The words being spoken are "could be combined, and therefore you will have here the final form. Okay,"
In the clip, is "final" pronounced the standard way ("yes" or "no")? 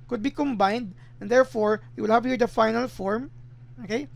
yes